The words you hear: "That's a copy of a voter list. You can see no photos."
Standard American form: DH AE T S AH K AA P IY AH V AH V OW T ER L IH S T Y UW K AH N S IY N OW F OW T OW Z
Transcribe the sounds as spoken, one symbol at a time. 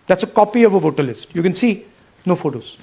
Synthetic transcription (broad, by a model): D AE T S AH K AA P IY AH V AH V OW T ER L IH S T Y UW K AH N S IY N OW F OW T OW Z